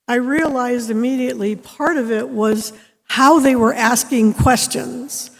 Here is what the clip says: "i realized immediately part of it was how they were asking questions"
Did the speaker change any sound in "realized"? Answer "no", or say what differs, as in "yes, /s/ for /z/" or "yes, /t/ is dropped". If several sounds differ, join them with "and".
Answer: no